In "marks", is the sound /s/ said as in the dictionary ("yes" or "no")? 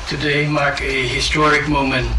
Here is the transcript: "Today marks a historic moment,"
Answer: no